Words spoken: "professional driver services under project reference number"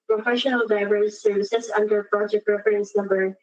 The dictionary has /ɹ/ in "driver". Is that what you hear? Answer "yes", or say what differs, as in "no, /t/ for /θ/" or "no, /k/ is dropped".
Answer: no, /ɹ/ is dropped